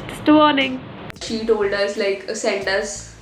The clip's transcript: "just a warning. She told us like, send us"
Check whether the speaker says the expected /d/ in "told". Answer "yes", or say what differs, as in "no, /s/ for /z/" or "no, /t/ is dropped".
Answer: yes